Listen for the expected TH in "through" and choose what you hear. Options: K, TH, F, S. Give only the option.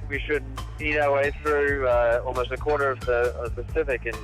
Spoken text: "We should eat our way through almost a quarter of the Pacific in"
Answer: TH